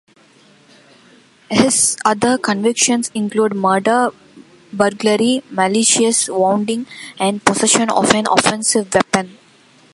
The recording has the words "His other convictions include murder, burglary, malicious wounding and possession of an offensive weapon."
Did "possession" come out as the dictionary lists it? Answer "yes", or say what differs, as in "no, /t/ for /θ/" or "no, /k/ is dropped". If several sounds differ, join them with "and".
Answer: no, /s/ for /z/